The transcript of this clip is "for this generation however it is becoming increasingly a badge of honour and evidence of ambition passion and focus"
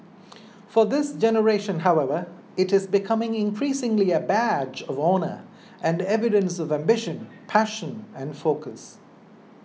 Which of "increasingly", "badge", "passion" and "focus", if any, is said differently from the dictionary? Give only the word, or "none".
none